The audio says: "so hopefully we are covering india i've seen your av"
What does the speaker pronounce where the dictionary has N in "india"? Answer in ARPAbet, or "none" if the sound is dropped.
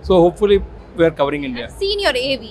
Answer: N